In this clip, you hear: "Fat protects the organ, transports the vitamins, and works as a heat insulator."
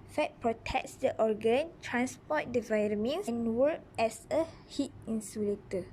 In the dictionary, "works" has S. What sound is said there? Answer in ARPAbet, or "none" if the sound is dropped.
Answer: none